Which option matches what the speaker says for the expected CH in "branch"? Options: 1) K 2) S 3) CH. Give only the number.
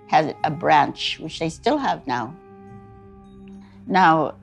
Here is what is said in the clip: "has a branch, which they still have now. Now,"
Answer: 3